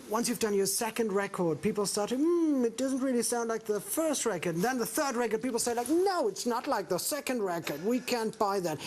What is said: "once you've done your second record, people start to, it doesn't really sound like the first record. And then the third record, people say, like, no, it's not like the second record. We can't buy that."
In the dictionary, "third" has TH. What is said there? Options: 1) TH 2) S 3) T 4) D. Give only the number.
1